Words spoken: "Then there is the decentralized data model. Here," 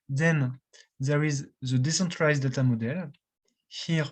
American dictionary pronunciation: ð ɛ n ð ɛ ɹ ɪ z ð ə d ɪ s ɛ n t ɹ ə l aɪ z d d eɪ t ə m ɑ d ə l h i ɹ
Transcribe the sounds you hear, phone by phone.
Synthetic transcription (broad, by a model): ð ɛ n ð ɛ ɹ ɪ z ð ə d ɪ s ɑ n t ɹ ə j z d d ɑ t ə m ɑ d ə l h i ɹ